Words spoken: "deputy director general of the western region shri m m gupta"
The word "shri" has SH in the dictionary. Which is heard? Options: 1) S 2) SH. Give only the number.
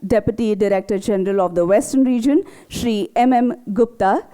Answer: 2